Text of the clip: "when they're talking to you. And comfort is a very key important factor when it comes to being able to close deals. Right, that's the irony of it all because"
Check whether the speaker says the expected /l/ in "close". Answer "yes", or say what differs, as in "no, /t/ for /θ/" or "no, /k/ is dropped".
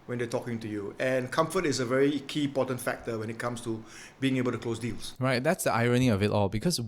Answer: yes